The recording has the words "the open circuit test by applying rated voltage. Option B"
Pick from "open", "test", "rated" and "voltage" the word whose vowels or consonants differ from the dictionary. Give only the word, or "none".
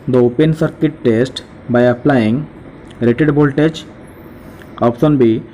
voltage